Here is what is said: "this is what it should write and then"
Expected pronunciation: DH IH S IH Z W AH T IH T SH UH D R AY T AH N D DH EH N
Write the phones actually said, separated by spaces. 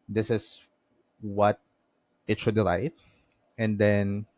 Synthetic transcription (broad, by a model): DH IH S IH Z W AH T IH T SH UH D L AY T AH N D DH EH N